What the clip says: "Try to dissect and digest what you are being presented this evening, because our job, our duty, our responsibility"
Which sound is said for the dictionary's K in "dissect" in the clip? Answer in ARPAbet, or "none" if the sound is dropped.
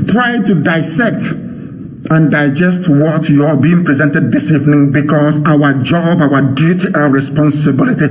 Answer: K